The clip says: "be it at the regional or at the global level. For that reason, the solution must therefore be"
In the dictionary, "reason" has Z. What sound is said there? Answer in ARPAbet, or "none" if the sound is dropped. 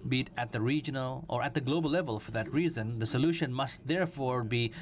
Z